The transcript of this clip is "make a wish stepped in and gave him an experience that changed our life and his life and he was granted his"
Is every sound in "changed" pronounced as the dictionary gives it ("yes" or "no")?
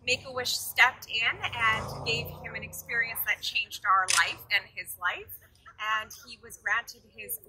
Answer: yes